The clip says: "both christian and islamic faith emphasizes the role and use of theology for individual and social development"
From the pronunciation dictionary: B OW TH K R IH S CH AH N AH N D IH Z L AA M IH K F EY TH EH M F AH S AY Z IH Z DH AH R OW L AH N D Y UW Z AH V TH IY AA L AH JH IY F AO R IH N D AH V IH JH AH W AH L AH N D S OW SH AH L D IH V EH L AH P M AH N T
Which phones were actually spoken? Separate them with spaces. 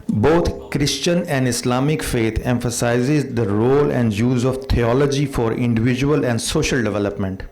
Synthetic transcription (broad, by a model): B OW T K R IH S CH AH N AH N D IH S L AA M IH K F EY T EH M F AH S AY Z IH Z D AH R OW L AH N D Y UW Z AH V T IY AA L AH JH IY F AO R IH N D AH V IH JH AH AH L AH N D S OW SH AH L D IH V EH L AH P M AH N T